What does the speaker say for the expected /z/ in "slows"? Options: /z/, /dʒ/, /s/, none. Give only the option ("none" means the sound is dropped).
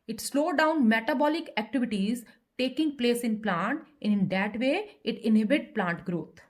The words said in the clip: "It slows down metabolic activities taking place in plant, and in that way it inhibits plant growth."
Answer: none